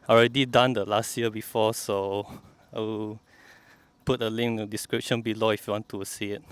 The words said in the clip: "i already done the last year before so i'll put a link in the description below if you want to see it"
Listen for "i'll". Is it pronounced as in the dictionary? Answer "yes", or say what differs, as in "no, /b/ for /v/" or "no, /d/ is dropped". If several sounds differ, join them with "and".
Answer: no, /w/ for /l/